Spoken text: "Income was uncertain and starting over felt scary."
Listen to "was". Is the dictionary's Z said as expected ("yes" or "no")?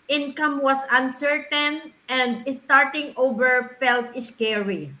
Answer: no